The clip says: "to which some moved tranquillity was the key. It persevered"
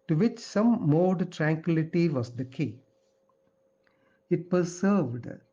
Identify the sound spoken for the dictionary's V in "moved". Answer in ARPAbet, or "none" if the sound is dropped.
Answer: none